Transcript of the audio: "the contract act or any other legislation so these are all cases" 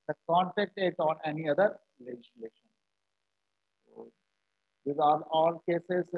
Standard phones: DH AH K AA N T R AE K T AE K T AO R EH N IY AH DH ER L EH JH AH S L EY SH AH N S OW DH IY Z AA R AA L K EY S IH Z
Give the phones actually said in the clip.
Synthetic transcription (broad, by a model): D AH K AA N T EH K T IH T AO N EH N IY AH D ER L EH JH AH S L EY SH AH N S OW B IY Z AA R AA L K EY S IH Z